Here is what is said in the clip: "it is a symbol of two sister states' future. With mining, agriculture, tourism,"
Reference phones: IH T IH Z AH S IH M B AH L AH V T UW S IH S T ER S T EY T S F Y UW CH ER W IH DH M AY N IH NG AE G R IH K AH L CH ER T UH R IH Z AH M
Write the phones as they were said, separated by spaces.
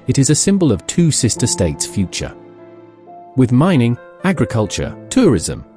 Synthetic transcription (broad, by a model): IH T IH Z AH S IH M B AH L AH V T UW S IH S T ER S T EY T S F Y UW CH ER W IH DH M AY N IH NG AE G R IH K AH L CH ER T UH R IH Z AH M